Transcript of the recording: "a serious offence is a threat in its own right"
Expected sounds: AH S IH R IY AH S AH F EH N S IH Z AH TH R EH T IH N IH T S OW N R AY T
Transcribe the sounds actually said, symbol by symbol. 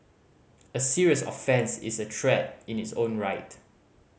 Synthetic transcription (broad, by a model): AH S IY R IY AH S AH F EH N S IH S AH T R EH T IH N IH T S OW N R AY T